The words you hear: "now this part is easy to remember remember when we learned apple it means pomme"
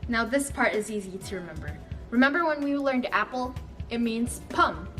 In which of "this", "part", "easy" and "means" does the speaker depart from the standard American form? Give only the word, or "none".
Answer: none